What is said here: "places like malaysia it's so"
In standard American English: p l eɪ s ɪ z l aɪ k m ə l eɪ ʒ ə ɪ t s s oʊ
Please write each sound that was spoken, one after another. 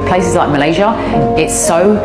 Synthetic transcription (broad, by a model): p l eɪ s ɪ z l aɪ k m ə l eɪ ʒ ə ɪ t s s oʊ